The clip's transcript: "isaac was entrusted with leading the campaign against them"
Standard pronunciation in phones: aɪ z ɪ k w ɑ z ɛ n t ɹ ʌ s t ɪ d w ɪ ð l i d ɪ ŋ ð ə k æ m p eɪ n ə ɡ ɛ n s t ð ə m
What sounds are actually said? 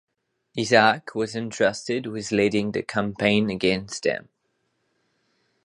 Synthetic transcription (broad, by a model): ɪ z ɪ k w ɑ z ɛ n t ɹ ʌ s t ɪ d w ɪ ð l i d ɪ ŋ ð ə k æ m p eɪ n ə ɡ ɛ n s t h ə m